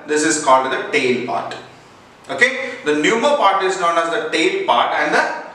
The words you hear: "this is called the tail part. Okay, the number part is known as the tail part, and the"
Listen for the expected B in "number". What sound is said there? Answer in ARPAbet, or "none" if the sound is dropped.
none